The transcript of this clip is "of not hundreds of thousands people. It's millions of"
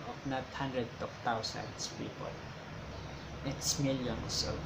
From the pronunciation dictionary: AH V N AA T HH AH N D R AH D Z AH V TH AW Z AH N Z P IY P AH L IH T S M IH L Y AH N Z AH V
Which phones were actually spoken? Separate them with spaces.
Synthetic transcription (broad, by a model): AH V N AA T HH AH N D R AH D AH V T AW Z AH N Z P IY P AH L IH T S M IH L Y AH N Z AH